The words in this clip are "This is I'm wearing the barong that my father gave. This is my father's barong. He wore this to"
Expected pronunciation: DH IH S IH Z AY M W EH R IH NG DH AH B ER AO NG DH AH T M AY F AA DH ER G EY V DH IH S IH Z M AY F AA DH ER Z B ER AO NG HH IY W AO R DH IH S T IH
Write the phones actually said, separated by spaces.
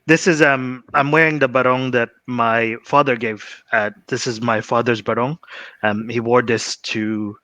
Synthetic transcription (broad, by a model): DH IH S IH Z AY M W EH R IH NG DH AH B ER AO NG DH AH T M AY F AA DH ER G EY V DH IH S IH Z M AY F AA DH ER Z B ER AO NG HH IY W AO R DH IH S T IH